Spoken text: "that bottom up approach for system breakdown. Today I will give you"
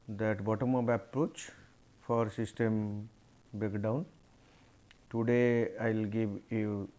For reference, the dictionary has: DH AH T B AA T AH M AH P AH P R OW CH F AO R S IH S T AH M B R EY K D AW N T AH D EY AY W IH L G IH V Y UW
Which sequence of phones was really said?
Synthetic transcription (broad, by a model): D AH T B AA T AH M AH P AH P R OW CH F AO R S IH S T AH M B EY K D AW N T AH D EY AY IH L G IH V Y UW